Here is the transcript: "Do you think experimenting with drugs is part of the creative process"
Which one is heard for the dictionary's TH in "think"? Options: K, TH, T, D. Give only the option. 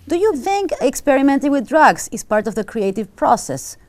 TH